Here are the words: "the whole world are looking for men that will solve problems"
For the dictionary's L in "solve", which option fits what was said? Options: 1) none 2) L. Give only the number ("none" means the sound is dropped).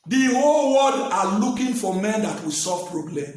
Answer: 1